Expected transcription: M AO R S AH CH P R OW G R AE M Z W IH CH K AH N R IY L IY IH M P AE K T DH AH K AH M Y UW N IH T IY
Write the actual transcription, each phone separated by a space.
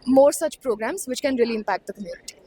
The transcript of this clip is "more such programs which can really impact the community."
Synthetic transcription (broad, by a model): M AO R S AH CH P R OW G R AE M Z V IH CH K AH N R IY L IY IH M P AE K T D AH K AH M Y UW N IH T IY